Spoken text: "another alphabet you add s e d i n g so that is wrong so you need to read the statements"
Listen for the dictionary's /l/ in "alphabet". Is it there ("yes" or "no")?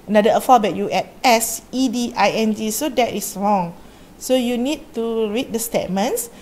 no